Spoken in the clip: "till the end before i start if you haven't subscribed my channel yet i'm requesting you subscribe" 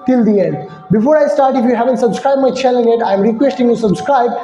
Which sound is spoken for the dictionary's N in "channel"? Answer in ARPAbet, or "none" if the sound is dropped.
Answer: L